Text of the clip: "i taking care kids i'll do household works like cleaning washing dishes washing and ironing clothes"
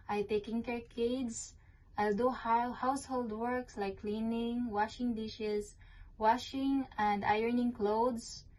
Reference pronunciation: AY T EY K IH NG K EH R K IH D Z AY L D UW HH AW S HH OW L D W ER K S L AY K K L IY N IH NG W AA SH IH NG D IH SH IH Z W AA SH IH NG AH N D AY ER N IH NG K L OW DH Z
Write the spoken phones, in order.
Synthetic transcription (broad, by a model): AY T EY K IH NG K EH R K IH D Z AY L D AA HH AW S HH OW L D W ER K S L AY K K L IY N IH NG W AA SH IH NG D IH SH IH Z W AA SH IH NG AH N D AY ER N IH NG K L OW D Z